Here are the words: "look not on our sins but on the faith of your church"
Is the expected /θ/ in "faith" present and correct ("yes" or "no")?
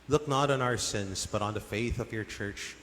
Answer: yes